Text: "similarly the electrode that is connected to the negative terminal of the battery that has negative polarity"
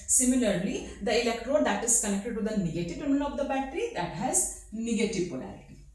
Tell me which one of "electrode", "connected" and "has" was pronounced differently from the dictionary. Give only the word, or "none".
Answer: none